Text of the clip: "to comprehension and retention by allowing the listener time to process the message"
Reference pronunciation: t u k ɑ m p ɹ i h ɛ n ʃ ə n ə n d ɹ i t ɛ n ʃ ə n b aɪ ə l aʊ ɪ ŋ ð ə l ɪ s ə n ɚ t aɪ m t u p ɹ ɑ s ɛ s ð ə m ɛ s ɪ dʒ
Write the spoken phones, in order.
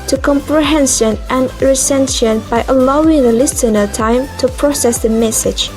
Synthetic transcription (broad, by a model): t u k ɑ m p ɹ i h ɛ n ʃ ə n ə n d ɹ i s ɛ n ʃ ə n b aɪ ə l aʊ ɪ ŋ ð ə l ɪ s ə n ɚ t aɪ m t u p ɹ ɑ s ɛ s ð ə m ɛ s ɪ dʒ